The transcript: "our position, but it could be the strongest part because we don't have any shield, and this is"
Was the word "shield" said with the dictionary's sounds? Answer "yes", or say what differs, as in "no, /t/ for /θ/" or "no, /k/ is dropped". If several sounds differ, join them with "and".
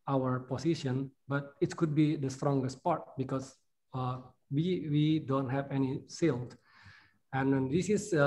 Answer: no, /s/ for /ʃ/